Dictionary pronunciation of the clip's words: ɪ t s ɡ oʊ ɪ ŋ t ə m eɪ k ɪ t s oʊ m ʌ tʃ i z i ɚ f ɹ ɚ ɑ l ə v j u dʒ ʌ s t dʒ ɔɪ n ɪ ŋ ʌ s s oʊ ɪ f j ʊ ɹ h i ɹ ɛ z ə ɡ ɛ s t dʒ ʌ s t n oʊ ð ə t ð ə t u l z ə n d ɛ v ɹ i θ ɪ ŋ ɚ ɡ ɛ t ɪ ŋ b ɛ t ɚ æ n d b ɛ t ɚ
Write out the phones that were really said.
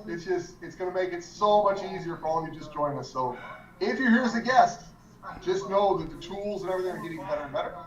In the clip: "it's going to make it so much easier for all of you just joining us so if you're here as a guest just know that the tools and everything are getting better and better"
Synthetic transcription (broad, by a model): ɪ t s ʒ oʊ ɪ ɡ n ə m eɪ k ɪ t s oʊ m ʌ tʃ i z i ɚ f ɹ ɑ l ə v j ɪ dʒ ʌ s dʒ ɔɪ ɪ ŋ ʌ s s oʊ ɪ f j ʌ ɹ h i ɹ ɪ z ə ɡ ɛ s t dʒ ʌ s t n oʊ ð ə t ð ə t u l z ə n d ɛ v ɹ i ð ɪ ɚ ɡ ɛ t ɪ ŋ b ɛ t ɚ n b ɛ t ɚ